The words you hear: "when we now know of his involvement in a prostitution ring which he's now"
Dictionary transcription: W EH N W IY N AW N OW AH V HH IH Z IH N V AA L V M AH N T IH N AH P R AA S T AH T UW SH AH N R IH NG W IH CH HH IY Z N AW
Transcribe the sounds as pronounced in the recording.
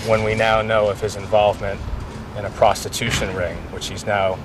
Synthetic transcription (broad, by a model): W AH N W IY N AW N OW AH V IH Z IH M V AA L V M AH N T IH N AH P R AA S T AH T UW SH AH N R IH NG W IH CH HH IY Z N AW